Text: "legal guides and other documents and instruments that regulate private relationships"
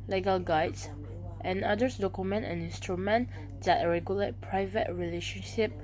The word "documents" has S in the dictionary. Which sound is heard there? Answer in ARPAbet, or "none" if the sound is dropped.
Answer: none